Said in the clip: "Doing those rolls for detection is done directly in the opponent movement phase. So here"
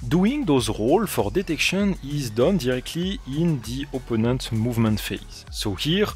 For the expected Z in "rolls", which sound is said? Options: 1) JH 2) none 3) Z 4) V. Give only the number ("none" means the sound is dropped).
2